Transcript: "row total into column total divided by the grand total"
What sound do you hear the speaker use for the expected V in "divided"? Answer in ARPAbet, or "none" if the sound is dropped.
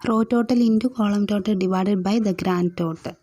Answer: V